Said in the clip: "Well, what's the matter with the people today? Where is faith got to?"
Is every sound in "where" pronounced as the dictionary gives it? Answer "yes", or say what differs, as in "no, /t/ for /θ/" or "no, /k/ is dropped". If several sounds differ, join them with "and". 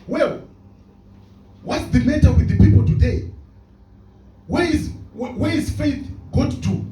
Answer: no, /w/ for /ɹ/